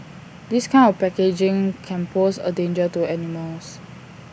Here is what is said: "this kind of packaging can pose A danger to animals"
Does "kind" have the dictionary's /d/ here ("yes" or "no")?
no